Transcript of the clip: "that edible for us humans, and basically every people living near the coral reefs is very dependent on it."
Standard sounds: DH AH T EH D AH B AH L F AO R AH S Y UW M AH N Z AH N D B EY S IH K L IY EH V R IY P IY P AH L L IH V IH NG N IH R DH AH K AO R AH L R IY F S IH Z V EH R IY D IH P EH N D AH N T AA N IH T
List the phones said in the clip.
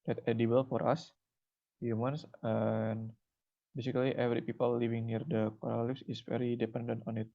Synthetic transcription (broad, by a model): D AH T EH D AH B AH L F AO R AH S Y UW M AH N S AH N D B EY S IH K L IY EH V R IY P IY P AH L L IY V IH NG N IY R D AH K AO R AH L L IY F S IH S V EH R IY D IH P EH N D AH N T AA N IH T